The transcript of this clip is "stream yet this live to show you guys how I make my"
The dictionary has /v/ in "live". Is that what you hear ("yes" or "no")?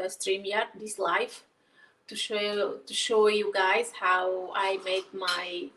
no